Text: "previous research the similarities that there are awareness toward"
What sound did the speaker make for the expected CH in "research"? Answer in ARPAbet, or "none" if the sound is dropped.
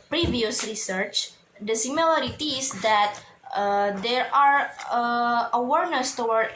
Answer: CH